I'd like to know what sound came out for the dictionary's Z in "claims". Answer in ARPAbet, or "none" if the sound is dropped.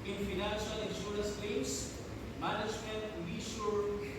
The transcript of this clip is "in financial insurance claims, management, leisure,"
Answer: S